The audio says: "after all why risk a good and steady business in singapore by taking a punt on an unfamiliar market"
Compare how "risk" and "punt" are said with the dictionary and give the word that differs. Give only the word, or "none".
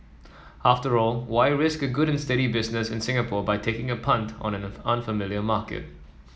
none